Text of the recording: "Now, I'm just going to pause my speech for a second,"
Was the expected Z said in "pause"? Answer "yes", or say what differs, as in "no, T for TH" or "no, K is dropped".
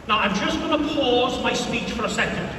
yes